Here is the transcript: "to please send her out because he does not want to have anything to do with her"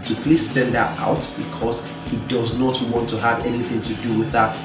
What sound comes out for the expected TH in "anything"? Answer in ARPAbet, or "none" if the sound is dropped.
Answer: TH